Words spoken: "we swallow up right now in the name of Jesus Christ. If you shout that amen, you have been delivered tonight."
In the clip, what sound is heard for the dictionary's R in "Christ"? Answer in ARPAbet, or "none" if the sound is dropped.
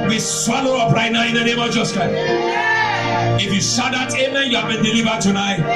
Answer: none